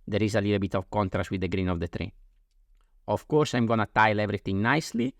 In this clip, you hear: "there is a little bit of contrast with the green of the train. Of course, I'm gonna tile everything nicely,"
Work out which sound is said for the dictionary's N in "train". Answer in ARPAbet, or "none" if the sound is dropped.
none